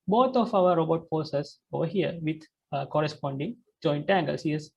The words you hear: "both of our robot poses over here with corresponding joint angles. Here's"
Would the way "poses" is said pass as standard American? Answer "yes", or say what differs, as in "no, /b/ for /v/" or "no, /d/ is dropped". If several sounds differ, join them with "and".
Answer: no, /f/ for /p/ and /s/ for /z/